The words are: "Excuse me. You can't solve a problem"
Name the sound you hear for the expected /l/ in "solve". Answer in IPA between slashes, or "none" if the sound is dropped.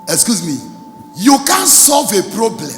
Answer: /l/